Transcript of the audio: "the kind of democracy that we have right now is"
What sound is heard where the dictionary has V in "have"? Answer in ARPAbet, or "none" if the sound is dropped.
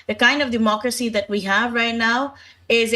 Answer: V